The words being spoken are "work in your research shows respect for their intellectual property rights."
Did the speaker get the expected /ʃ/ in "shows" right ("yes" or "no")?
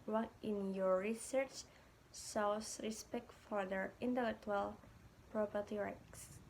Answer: no